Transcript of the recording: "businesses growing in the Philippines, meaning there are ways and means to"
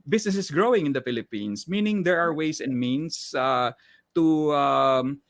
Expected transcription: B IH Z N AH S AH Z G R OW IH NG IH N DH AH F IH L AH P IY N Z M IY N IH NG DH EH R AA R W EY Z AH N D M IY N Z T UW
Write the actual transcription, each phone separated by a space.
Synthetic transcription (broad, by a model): B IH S N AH S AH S G R OW IH NG IH N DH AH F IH L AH P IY N S M IY N IH NG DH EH R AA R W EY S AH N D M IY N S T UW